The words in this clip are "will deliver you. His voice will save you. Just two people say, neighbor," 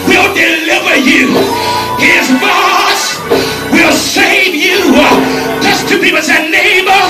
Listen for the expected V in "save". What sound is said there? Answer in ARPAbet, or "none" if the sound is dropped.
V